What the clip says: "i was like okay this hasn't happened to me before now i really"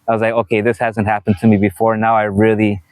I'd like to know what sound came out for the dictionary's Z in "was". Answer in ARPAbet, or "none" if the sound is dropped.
Z